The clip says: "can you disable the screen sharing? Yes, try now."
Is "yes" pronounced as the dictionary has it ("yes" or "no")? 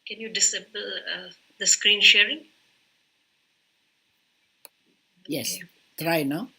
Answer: yes